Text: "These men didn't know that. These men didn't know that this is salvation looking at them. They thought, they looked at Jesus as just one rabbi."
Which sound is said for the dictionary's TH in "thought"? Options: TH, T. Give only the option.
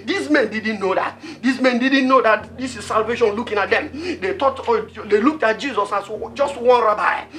T